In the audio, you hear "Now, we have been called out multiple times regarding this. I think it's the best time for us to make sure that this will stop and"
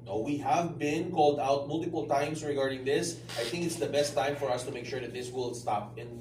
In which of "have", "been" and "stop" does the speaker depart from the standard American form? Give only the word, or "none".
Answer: none